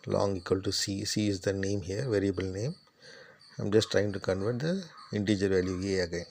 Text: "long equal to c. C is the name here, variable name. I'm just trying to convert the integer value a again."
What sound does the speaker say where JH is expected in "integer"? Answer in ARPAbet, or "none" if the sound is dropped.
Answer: JH